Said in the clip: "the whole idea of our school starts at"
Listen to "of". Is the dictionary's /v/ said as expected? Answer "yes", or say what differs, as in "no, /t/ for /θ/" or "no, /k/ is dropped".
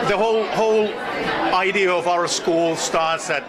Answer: yes